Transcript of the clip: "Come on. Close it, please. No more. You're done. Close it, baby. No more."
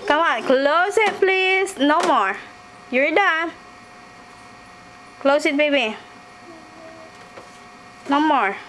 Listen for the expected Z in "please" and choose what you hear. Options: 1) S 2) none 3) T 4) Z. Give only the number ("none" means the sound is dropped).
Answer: 1